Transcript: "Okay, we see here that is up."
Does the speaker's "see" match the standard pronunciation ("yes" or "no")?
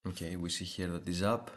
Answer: yes